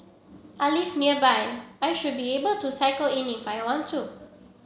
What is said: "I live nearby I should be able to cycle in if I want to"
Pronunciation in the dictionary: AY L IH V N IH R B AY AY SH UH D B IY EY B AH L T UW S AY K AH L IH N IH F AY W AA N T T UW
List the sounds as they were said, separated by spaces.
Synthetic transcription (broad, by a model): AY L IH F N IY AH B AY AY SH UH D B IY EY B AH L T UW S AY K AH L IH N IH F AY W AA N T T UW